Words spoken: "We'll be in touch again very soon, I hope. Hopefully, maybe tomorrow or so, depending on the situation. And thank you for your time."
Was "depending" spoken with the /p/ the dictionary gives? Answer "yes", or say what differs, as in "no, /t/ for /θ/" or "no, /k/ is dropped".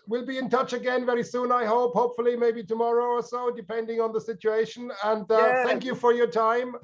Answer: yes